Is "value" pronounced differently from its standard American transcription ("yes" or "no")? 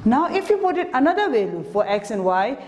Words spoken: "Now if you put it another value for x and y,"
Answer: yes